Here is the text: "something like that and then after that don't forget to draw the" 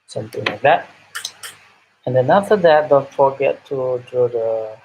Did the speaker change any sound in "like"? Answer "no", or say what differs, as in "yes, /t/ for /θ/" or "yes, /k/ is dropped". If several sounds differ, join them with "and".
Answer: no